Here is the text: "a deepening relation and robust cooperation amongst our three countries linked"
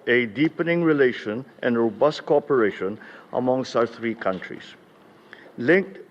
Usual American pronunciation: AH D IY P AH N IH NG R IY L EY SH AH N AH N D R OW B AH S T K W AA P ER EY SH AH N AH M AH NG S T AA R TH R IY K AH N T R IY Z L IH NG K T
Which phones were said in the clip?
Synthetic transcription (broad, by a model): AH D IY P AH N IH NG R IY L EY SH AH N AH N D R OW B AH S T K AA P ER EY SH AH N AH M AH NG S AA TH R IY K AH N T R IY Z L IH NG K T